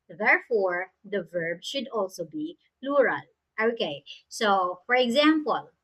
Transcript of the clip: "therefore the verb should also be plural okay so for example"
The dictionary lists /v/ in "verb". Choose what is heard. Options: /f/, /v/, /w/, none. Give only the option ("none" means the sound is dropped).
/v/